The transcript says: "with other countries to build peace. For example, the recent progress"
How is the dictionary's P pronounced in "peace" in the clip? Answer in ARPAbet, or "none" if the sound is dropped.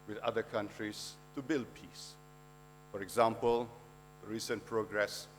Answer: P